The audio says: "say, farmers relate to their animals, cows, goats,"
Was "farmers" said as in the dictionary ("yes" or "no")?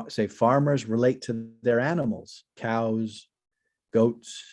yes